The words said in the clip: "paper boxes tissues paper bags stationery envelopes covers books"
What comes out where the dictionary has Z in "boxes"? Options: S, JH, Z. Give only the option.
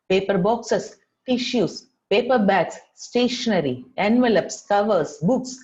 S